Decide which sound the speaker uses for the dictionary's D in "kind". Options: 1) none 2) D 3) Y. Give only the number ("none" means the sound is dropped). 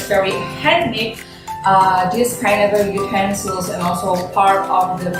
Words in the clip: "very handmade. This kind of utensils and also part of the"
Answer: 1